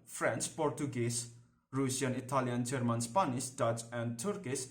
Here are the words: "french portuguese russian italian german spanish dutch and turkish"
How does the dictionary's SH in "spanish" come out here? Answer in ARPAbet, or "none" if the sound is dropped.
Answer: S